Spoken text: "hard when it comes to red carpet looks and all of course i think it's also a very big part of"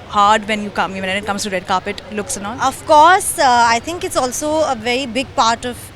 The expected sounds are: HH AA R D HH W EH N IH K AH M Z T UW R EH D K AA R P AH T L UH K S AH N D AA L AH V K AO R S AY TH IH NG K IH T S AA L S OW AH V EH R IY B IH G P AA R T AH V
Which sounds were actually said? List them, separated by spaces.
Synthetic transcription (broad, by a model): HH AA R D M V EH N IH K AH M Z T UW R EH D K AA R P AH T L UH K S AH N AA N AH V K AO R S AY T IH NG K IH T S AA L S OW AH V EH R IY B IH G P AA R T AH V